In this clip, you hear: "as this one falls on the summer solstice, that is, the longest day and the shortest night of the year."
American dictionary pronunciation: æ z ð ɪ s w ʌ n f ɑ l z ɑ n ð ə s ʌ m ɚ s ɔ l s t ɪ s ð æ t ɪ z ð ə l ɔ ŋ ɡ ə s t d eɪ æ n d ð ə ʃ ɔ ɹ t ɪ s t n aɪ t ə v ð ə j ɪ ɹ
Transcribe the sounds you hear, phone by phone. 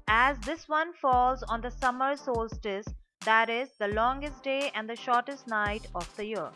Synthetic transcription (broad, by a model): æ z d ɪ s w ʌ n f ɑ l z ɑ n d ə s ʌ m ɚ s ɔ l s t ɪ s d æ t ɪ z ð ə l ɔ ŋ ɡ ə s t d eɪ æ n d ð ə ʃ ɔ ɹ t ɪ s t n aɪ t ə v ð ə j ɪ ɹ